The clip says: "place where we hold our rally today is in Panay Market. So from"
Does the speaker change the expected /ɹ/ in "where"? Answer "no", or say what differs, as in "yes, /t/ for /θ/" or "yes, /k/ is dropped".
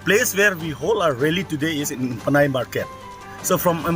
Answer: no